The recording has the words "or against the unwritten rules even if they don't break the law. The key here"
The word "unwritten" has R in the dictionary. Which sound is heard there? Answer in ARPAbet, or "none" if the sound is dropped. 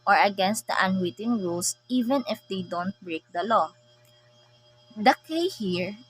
W